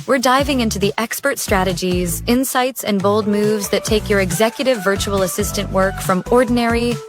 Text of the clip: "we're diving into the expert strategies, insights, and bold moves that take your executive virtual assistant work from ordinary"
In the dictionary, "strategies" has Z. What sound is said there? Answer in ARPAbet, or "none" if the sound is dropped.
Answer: Z